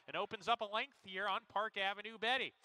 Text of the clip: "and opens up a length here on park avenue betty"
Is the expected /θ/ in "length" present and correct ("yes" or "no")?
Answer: yes